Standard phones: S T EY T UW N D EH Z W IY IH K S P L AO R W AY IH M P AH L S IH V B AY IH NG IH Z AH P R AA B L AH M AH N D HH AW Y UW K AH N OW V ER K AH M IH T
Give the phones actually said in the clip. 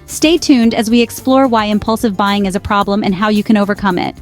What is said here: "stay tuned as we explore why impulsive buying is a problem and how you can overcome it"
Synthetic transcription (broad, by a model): S T EY T UW N D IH Z W IY IH K S P L AO R W AY IH M P AH L S IH V B AY IH NG IH Z AH P R AA B L AH M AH N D HH AW Y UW K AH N OW V ER K AH M IH T